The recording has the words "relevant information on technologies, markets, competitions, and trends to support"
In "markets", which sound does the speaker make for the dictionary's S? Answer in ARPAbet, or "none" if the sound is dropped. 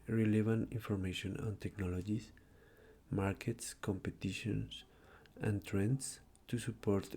S